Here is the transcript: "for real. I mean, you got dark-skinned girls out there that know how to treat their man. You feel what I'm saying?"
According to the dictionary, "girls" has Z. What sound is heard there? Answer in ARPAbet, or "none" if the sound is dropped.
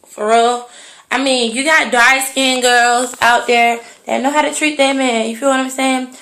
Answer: Z